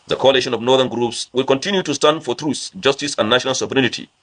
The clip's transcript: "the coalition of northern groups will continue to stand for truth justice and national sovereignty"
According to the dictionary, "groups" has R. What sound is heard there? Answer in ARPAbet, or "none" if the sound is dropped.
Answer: R